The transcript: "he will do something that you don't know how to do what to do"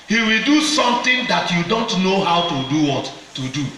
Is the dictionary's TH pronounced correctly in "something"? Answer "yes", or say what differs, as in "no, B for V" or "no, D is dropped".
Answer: no, T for TH